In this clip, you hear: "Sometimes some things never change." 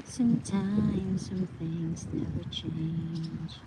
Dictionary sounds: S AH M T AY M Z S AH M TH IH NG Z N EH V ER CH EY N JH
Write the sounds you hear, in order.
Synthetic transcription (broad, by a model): S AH M T AY M S AH M TH IH NG Z N EH V ER CH EY N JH